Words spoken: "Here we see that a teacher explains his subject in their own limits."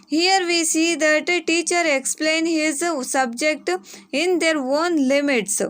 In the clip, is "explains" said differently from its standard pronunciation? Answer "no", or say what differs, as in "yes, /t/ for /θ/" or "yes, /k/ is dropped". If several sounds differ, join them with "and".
yes, /z/ is dropped